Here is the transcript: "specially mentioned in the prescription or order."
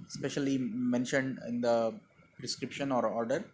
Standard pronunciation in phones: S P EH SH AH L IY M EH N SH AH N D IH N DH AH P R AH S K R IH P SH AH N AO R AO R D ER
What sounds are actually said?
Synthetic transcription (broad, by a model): S P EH SH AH L IY M EH N SH AH N D IH N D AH P R AH S K R IH P SH AH N AO R AO R D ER